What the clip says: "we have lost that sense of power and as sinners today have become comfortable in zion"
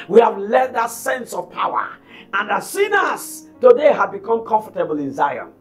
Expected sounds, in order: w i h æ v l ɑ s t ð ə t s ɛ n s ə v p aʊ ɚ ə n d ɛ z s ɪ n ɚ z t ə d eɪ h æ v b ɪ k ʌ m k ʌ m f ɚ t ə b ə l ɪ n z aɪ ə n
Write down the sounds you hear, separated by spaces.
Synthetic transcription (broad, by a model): w i h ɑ v l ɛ t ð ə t s ɛ n s ə v p aʊ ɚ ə n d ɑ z s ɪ n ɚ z t ə d eɪ h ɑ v b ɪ k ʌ m k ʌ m f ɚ t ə b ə l ɪ n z aɪ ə n